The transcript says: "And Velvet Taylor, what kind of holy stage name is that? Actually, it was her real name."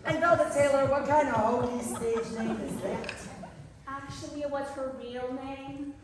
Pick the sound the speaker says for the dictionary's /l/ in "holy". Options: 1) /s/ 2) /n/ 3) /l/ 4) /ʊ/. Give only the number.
2